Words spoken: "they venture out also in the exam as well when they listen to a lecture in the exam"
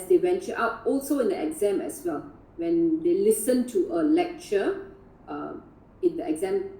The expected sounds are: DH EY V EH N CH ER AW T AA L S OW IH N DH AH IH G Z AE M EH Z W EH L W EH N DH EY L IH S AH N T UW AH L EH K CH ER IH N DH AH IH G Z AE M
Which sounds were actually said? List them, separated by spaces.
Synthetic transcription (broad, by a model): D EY W EH N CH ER AW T AA L S OW IH N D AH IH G Z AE M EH S W EH L W EH N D EY L IH S AH N T UW AH L EH K CH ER IH N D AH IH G Z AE M